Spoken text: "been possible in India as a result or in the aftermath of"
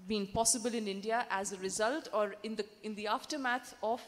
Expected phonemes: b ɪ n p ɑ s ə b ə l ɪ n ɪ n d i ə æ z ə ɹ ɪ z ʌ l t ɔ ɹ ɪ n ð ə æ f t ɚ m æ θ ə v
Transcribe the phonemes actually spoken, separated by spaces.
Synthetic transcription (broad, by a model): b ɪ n p ɑ s ə b ə l ɪ n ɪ n d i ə æ z ə ɹ ɪ z ʌ l t ɔ ɹ ɪ n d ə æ f t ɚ m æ t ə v